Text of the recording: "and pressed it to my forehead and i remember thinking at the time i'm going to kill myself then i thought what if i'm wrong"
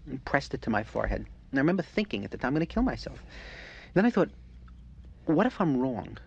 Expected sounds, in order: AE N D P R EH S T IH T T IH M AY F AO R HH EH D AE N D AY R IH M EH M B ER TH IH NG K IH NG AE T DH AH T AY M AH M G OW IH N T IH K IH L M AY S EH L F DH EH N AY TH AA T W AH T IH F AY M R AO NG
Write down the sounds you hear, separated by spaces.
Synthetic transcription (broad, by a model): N P R EH S T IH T T IH M AY F AO R HH EH D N AY R IH M EH M B ER TH IH NG K IH NG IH T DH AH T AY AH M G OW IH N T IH K IH L M AY S EH L F DH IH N AY TH AA T W AH T IH F AY M R AO NG